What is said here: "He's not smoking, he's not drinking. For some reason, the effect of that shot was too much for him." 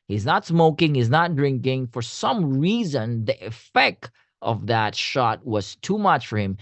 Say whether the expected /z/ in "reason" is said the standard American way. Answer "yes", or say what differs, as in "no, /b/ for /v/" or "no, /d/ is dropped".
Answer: yes